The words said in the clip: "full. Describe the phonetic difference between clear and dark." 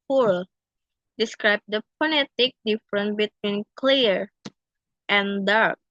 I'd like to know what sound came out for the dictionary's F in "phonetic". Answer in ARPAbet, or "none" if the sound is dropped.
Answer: P